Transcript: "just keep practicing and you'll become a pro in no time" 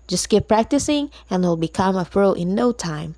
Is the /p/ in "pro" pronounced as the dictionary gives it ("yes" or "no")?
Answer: no